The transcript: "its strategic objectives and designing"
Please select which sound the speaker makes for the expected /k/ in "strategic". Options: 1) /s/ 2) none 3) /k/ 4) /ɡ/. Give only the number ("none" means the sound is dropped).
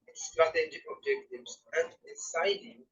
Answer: 2